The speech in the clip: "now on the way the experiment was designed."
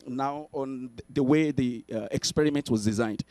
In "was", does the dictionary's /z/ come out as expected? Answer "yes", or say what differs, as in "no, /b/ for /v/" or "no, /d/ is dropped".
yes